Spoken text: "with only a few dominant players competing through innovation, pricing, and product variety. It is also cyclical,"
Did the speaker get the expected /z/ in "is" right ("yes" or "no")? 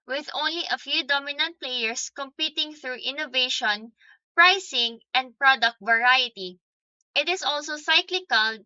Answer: no